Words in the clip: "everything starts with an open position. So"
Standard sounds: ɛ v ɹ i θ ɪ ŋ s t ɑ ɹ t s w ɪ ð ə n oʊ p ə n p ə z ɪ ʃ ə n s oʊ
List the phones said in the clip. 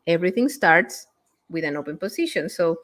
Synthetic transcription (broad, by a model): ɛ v ɹ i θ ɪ ŋ s t ɑ ɹ t s w ɪ ð ə n oʊ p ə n p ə s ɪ ʃ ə n s oʊ